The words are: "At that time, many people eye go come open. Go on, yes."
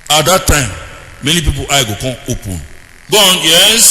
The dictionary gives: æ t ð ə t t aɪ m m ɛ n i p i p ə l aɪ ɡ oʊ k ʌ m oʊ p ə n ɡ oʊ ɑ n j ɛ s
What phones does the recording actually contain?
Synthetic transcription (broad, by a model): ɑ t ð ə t t aɪ m m ɛ n i p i p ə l aɪ ɡ oʊ k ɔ oʊ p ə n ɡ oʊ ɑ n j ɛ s